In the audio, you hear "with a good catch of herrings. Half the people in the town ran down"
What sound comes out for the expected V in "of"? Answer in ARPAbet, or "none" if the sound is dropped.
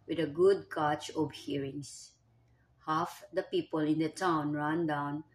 B